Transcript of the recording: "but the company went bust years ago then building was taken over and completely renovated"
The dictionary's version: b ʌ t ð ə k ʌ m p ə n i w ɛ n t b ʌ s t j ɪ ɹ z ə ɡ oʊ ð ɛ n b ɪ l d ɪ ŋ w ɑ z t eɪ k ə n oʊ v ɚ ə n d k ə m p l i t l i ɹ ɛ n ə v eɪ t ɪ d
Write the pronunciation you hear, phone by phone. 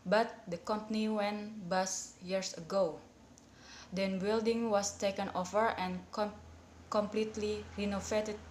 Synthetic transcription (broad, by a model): b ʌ t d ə k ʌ m p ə n i w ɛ n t b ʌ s j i ɹ s ə ɡ oʊ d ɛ n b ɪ l d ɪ ŋ w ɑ s t eɪ k ə n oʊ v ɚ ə n k ə m p l i t l i ɹ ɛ n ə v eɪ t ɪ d